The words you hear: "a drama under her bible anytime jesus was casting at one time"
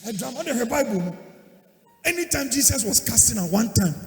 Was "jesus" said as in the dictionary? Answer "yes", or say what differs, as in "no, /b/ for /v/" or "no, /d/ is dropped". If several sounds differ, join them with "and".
no, /s/ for /z/